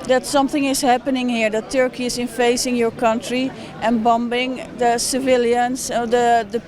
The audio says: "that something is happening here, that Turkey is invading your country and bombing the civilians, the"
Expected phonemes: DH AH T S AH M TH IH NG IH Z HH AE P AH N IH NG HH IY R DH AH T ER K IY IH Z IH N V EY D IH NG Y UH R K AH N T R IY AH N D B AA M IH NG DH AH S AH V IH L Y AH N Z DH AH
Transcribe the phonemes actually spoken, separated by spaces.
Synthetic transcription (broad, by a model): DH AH T S AH M TH IH NG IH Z HH AE P AH N IH NG HH IY R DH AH T ER K IY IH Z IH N F EY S IH NG Y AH R K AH N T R IY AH N B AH M IH NG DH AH S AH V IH L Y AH N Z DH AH